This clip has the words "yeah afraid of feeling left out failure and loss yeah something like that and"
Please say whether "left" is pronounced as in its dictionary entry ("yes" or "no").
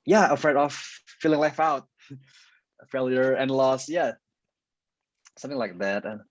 no